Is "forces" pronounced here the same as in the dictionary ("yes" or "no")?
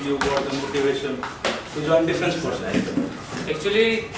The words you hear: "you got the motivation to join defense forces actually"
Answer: no